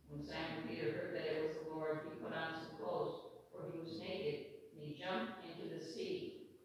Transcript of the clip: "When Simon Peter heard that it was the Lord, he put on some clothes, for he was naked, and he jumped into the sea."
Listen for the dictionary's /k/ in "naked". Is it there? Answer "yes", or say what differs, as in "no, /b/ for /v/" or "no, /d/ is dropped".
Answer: no, /k/ is dropped